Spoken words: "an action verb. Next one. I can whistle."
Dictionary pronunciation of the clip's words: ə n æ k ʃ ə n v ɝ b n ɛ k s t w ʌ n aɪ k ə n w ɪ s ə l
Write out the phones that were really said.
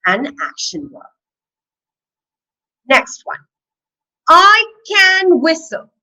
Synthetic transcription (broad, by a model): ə n æ k ʃ ə n w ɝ n ɛ k s t w ʌ n aɪ k ə n w ɪ s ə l